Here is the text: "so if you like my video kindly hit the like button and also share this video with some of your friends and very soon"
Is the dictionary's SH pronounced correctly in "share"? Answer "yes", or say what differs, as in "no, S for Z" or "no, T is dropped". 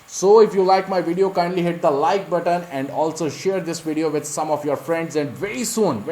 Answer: yes